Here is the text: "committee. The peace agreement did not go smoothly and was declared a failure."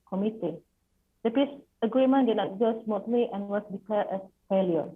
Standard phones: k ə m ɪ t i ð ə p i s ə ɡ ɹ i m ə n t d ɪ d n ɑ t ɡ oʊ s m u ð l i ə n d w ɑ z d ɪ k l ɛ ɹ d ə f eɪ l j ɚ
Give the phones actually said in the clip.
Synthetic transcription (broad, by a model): k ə m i t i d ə p i s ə ɡ ɹ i m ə n d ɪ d n ɑ t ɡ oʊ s m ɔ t l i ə n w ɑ s d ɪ k l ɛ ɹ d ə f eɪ l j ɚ